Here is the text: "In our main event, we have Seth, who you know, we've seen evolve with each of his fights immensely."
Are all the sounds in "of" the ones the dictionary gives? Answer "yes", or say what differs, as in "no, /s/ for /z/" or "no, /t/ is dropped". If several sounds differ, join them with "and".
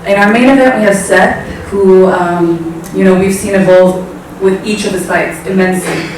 yes